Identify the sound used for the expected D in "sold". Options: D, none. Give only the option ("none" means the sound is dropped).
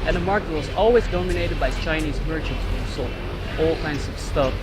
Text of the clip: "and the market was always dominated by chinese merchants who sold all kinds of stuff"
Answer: none